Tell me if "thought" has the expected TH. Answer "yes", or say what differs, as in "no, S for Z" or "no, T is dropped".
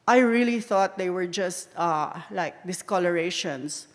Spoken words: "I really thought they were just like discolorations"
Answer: yes